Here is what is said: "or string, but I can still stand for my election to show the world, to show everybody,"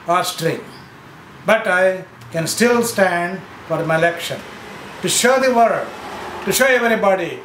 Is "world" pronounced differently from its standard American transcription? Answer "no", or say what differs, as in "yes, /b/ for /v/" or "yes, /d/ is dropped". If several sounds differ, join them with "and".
yes, /l/ is dropped